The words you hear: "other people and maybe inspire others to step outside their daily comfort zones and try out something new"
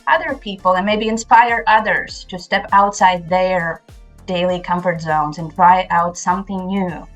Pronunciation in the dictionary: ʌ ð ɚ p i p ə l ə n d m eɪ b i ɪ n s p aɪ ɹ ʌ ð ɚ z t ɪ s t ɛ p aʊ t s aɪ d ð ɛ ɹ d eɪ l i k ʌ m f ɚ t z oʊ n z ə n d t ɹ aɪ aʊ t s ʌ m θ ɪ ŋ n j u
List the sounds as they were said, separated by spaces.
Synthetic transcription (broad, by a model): ʌ ð ɚ p i p l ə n m eɪ b i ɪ n s p aɪ ɹ ʌ ð ɚ z t ɪ s t ɛ p aʊ t s aɪ d ð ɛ ɹ d eɪ l i k ʌ m f ɚ t z oʊ n z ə n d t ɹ aɪ aʊ t s ʌ m θ ɪ ŋ n j u